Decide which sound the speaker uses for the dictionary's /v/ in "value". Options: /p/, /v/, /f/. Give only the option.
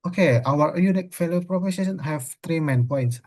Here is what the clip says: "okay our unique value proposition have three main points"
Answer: /f/